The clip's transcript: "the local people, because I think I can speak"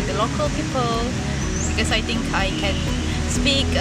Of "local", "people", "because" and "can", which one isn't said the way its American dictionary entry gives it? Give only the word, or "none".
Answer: because